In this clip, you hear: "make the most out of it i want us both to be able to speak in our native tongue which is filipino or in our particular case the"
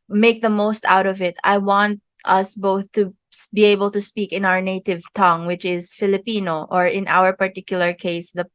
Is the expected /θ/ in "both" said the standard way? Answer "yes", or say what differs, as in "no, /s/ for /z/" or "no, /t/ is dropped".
yes